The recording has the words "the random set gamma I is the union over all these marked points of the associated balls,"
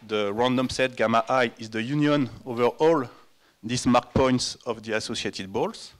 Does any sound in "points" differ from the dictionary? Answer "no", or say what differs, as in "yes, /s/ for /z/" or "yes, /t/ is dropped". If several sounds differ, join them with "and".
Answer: no